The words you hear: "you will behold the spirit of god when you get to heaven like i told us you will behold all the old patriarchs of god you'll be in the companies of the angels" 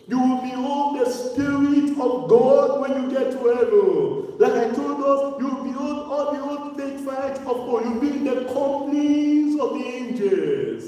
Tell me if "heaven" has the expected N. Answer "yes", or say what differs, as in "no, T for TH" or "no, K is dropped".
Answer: no, L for N